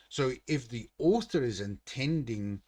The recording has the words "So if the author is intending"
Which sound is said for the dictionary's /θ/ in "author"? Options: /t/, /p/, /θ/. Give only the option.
/θ/